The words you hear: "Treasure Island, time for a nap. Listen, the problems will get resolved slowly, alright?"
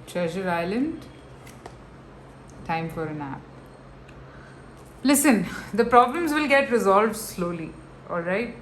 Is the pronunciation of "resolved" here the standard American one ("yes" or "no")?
yes